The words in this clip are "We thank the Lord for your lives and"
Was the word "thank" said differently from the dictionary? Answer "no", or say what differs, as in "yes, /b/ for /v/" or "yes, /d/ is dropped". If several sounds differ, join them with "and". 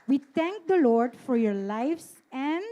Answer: yes, /t/ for /θ/